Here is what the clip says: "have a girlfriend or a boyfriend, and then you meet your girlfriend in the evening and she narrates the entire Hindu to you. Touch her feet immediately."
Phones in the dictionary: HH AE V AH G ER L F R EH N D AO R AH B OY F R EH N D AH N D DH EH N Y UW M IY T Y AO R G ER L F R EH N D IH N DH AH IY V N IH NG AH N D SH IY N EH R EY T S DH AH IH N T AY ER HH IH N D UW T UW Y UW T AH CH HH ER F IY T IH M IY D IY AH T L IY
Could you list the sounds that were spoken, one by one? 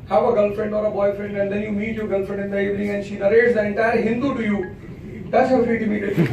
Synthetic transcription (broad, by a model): HH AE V AH G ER L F R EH N D AO R AH B OY F R EH N D AH N D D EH N Y UW M IY T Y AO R G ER L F R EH N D IH N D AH IY V N IH NG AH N SH IY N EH R EY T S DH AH IH N T AY ER HH IH N D UW T UW Y UW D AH S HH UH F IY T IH M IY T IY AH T